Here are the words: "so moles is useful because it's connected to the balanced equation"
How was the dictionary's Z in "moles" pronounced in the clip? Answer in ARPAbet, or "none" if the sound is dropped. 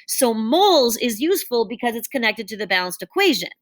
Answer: Z